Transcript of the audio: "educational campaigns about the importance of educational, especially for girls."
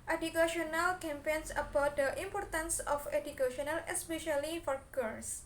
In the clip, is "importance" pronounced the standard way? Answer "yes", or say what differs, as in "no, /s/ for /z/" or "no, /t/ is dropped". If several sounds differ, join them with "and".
yes